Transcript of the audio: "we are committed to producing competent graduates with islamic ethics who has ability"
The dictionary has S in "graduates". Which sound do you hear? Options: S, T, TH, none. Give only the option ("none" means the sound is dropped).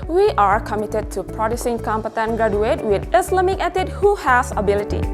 none